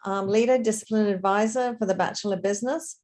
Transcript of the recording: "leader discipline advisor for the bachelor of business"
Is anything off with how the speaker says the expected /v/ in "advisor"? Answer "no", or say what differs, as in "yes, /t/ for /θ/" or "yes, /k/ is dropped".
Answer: no